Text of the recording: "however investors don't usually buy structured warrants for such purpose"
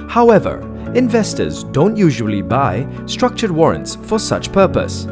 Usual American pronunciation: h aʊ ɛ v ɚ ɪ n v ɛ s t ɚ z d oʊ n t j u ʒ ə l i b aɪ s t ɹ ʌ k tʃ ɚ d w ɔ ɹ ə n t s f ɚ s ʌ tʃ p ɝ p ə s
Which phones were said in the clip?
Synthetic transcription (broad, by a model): h aʊ ɛ v ɚ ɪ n v ɛ s t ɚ z d oʊ n t j u ʒ ə l i b aɪ s t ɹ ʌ k tʃ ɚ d w ɔ ɹ ə n t s f ɚ s ʌ tʃ p ɝ p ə s